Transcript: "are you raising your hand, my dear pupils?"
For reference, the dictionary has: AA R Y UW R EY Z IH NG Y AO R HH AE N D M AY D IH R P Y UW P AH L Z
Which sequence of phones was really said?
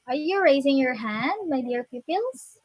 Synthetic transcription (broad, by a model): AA R Y UW R EY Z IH NG Y AO R HH AE N D M AY D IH R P Y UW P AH L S